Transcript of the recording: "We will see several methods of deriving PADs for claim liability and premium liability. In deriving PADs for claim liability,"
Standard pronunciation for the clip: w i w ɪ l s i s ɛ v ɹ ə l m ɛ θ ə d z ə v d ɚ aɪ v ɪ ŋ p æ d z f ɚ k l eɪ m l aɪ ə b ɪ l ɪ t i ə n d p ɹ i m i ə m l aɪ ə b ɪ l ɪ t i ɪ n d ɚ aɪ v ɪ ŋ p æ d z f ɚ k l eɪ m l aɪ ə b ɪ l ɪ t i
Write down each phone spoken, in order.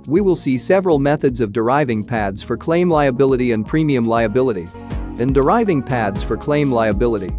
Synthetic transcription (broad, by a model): w i w ɪ l s i s ɛ v ɹ ə l m ɛ θ ə d z ə v d ɚ aɪ v ɪ ŋ p æ d z f ɚ k l eɪ m l aɪ ə b ɪ l ɪ t i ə n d p ɹ i m i ə m l aɪ ə b ɪ l ɪ t i ɪ n d ɚ aɪ v ɪ ŋ p æ d z f ɚ k l eɪ m l aɪ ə b ɪ l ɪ t i